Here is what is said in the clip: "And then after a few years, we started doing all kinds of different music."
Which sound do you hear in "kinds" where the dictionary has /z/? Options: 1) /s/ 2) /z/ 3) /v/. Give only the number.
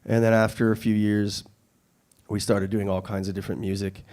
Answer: 2